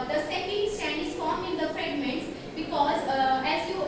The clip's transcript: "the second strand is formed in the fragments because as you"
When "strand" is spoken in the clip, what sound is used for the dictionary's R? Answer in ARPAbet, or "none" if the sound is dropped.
none